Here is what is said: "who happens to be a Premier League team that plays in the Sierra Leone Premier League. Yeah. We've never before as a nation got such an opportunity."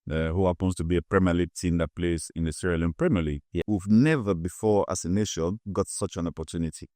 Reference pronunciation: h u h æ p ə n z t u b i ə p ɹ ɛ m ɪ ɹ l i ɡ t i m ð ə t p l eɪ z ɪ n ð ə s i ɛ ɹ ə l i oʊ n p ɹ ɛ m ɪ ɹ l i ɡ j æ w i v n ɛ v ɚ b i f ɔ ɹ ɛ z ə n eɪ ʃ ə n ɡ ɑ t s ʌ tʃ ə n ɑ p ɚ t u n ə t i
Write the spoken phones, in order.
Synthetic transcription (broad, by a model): h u h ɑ p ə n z t u b i ə p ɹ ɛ m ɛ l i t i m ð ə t p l eɪ s ɪ n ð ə s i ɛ ɹ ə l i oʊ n p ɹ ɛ m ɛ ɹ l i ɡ j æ w i v n ɛ v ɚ b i f ɔ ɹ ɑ s ə n eɪ ʃ ə n ɡ ɑ t s ʌ tʃ ə n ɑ p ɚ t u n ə t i